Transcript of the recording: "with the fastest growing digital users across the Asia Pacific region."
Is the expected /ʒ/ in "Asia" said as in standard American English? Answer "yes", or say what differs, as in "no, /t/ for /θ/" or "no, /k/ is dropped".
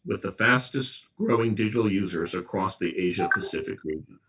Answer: yes